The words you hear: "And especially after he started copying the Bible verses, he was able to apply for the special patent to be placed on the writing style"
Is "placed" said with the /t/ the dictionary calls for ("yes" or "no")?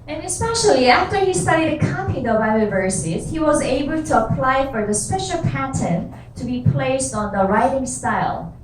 yes